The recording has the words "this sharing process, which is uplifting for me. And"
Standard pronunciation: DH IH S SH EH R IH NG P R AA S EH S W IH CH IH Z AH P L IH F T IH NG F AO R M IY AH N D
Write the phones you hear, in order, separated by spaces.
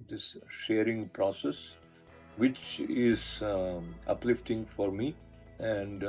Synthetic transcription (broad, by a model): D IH S SH EH R IH NG P R AA S EH S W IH CH IH Z AH P L IH F T IH NG F AO R M IY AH N D